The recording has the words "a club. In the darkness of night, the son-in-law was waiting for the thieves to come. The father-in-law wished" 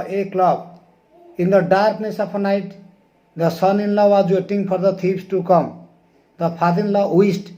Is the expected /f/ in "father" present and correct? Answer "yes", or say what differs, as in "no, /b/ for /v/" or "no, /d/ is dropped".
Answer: no, /p/ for /f/